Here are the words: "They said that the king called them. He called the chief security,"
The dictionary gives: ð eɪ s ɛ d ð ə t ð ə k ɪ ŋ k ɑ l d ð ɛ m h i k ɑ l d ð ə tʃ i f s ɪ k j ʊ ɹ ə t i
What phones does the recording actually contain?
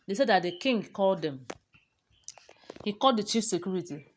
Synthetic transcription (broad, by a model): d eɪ s ɛ d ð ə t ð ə k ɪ ŋ k ɑ l d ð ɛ m h i k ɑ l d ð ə tʃ i f s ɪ k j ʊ ɹ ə t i